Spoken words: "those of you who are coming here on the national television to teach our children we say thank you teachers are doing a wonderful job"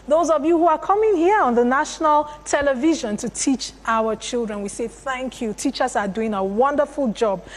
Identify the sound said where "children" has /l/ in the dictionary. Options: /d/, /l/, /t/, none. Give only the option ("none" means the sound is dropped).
/l/